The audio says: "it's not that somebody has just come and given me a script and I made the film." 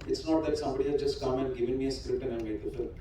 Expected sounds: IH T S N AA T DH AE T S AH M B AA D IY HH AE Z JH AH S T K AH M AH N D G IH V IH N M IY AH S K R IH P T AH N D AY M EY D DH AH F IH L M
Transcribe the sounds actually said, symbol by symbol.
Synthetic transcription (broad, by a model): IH T S N AA T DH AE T S AH M B AA D IY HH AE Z JH AH S T K AH M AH N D G IH V IH N M IY AH S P R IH T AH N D AY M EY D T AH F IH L